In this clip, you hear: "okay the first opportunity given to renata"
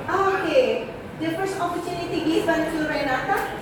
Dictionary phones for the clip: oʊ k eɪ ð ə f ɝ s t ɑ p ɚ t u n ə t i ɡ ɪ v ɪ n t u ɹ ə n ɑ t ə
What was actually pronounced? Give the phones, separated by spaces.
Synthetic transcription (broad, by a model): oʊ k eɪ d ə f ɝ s ɑ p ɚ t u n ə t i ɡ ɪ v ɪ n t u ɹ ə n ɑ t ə